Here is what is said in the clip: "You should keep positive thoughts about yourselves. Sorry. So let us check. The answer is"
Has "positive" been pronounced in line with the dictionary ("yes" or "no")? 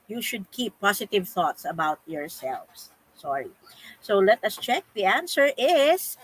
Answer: no